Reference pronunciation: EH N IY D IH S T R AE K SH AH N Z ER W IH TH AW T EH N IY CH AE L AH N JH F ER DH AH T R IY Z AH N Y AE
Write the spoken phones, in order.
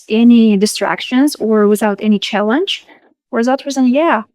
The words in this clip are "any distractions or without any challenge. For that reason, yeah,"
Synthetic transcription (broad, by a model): EH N IY D IH S T R AE K SH AH N Z ER W IH TH AW T EH N IY CH AE L AH N JH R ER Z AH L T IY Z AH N Y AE